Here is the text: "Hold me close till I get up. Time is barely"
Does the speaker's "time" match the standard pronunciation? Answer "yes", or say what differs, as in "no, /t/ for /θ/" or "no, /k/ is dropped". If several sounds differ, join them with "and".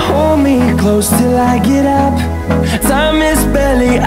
no, /s/ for /t/